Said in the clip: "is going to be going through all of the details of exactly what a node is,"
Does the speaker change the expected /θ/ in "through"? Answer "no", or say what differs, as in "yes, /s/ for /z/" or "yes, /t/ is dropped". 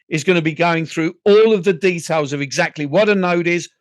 no